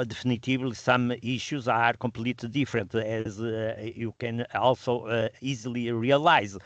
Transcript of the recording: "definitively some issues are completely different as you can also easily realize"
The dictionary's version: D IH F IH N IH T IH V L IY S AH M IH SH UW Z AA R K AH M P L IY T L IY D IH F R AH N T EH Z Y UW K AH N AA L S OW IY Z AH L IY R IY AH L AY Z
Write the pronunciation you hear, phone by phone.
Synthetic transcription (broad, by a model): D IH F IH N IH T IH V L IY S AH M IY SH UW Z AA R K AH M P L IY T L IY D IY F R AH N T EH Z Y UW K AH N AA L S OW IY Z AH L IY R IY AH L AY Z